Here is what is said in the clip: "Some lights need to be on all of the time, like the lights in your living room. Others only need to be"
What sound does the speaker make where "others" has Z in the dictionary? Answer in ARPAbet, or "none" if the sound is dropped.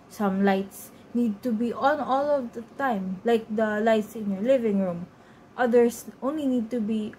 S